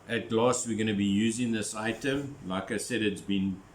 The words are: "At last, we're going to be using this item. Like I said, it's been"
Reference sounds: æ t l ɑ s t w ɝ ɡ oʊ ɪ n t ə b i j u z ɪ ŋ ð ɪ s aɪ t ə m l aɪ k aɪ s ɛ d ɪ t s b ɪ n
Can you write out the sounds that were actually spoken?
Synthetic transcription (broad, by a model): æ t l ɑ s t w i ɡ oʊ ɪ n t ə b i j u z ɪ ŋ ð ɪ s aɪ t ə m l aɪ k aɪ s ɛ d ɪ t s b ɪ n